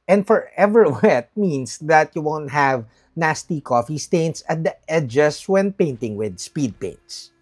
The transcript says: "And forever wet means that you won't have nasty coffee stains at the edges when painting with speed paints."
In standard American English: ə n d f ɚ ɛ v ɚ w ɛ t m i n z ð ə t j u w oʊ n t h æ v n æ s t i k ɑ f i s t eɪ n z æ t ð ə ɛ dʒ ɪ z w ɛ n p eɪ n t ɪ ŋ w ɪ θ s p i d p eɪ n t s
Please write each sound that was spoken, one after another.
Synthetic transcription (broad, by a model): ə n d f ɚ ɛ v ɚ w ɛ t m i n s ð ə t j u w oʊ n t h æ v n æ s t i k ɑ f i s t eɪ n s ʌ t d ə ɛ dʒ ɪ s w ɛ n p eɪ n t ɪ ŋ w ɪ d s p i d p eɪ n t s